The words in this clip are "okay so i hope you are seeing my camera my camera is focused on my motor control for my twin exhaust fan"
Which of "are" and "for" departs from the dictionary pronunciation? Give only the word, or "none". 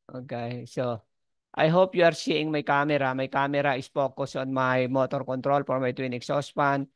for